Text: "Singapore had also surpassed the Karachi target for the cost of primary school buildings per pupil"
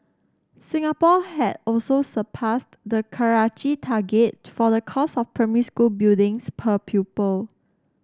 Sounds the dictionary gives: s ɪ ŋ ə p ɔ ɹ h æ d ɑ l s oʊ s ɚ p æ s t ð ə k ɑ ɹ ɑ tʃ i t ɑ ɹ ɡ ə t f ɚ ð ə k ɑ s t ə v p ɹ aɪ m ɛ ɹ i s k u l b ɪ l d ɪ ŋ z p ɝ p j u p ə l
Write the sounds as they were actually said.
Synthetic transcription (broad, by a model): s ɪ ŋ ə p ɔ h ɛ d ɑ l s oʊ s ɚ p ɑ s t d ə k ɑ ɹ ɑ tʃ i t ɑ ɡ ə t f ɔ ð ə k ɑ s ə f p ɹ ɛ m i s k u l b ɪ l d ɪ ŋ s p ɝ p j u p ə l